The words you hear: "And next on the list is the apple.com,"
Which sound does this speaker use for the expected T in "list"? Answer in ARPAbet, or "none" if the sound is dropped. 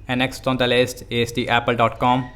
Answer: T